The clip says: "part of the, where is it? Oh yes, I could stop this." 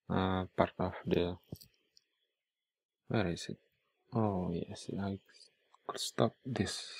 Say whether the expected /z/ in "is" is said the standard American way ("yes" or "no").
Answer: no